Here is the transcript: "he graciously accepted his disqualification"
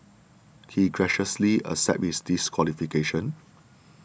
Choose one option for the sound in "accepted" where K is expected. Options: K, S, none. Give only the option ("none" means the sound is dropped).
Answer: none